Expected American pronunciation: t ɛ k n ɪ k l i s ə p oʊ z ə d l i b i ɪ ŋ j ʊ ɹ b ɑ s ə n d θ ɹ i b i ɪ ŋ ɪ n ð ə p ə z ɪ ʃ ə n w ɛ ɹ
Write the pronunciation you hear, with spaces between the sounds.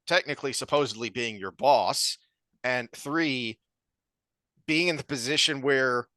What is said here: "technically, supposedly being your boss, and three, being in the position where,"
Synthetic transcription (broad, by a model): t ɛ k n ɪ k l i s ə p oʊ z ə d l i b i ɪ ŋ j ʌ ɹ b ɑ s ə n θ ɹ i b i ɪ ŋ ɪ n ð ə p ə z ɪ ʃ ə n w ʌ ɹ